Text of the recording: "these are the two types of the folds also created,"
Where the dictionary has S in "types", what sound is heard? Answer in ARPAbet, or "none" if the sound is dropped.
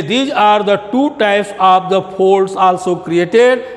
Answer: S